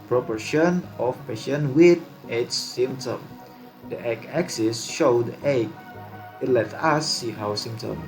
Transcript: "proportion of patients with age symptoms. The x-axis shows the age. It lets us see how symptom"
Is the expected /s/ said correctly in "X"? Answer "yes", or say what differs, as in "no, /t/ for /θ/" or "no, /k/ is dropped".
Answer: no, /s/ is dropped